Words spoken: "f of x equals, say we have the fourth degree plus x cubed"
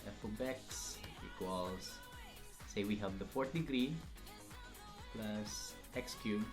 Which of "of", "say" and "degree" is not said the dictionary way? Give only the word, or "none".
of